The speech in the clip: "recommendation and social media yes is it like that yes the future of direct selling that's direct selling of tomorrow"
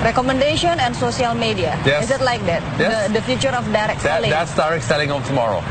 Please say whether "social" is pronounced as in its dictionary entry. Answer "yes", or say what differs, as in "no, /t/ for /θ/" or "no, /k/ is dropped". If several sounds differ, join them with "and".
no, /s/ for /ʃ/